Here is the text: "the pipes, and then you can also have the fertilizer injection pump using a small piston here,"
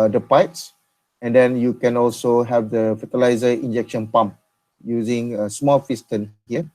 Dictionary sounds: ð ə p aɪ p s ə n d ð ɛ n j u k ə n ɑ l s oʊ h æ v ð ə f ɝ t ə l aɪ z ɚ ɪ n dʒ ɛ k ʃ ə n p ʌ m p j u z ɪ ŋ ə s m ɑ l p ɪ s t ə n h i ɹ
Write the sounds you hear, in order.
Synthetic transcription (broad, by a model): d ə p aɪ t s ə n d ɛ n j u k ə n ɑ l s oʊ h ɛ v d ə f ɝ t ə l aɪ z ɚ ɪ n dʒ ɛ k ʃ ə n p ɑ m p j u z ɪ ŋ ə s m ɑ l f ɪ s t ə n h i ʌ